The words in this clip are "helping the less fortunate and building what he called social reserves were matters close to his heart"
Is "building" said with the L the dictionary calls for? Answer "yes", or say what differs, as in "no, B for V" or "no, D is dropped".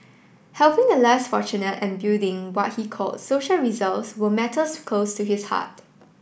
no, L is dropped